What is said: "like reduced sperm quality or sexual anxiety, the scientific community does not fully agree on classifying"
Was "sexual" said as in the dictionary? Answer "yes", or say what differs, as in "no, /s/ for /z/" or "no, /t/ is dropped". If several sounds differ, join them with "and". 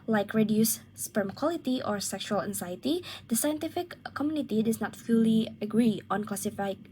yes